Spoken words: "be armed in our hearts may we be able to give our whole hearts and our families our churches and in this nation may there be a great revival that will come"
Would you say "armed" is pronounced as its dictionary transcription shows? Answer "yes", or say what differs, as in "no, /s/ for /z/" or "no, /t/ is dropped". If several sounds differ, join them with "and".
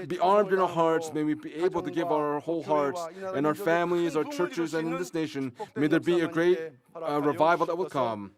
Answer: yes